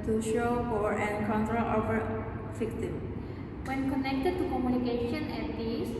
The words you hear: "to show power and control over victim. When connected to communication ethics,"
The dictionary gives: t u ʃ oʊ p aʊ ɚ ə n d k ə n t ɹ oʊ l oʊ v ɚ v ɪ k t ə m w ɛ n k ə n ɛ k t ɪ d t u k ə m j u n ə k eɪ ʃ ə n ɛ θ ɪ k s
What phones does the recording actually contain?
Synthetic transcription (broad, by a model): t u ʃ oʊ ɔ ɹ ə n k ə n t ɹ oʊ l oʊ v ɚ f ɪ k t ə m w ɛ n k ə n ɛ k t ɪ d t u k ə m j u n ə k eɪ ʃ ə n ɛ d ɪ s